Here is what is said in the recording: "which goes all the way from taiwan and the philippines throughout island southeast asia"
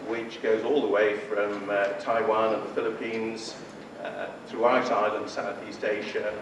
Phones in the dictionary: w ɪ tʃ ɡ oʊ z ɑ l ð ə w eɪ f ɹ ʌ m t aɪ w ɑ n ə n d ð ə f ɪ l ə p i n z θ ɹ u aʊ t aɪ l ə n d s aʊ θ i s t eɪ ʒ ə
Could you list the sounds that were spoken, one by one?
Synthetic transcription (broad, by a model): w ɪ tʃ ɡ oʊ z ɑ l ð ə w eɪ f ɹ ʌ m t aɪ w ɑ n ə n ð ə f ɪ l ə p i n z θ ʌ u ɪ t aɪ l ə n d s aʊ θ i s t eɪ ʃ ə